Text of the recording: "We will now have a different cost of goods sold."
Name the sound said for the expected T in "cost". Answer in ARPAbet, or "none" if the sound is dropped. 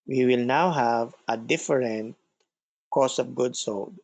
none